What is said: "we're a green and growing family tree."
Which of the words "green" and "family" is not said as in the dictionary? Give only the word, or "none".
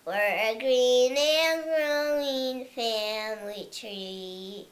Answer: none